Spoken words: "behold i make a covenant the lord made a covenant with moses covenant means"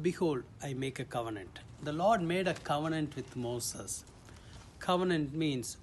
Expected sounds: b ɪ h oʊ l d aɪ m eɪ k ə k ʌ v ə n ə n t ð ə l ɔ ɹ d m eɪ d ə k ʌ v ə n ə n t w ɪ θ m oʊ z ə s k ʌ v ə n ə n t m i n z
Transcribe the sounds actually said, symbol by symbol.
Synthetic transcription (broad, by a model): b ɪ h oʊ l d aɪ m eɪ k ə k ʌ v ə n ə n t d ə l ɔ ɹ d m eɪ d ə k ʌ v ə n ə n t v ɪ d m oʊ s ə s k ʌ v ə n ə n t m i n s